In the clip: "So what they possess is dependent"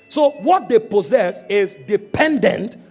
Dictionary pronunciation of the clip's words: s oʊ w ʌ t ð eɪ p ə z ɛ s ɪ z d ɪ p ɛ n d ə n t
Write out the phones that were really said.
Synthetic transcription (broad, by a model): s oʊ w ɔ t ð eɪ p ə z ɛ s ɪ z d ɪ p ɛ n d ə n t